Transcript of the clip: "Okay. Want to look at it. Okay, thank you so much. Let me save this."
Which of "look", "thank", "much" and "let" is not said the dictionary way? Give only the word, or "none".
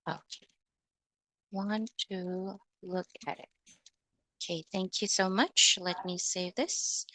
none